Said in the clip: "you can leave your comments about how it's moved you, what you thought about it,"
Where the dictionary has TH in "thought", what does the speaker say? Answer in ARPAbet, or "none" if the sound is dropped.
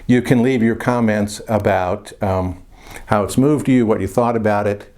TH